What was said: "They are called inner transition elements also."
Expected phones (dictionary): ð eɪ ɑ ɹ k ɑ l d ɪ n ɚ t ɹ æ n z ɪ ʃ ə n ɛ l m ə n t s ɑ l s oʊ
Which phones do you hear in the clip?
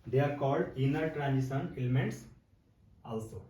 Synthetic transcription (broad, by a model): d eɪ ɑ ɹ k ɑ l d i n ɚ t ɹ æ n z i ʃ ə n ɛ l m ə n t s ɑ l s oʊ